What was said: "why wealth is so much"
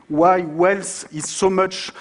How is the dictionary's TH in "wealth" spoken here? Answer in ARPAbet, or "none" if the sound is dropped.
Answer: S